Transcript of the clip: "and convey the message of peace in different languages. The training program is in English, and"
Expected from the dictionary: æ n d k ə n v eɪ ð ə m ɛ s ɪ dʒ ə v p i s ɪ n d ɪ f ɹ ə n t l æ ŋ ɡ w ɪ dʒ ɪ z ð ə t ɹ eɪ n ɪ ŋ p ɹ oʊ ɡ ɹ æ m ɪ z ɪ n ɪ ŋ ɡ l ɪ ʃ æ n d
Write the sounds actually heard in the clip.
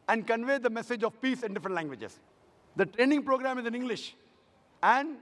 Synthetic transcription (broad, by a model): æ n d k ə n v eɪ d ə m ɛ s ɪ dʒ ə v p i s ɪ n d ɪ f ɹ ə n t l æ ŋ ɡ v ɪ dʒ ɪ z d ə t ɹ eɪ n ɪ ŋ p ɹ oʊ ɡ ɹ æ m ɪ z ɪ n ɪ ŋ ɡ l ɪ ʃ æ n d